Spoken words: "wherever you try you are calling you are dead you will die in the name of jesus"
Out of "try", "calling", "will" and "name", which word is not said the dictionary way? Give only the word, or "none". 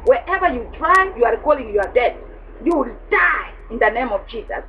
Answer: none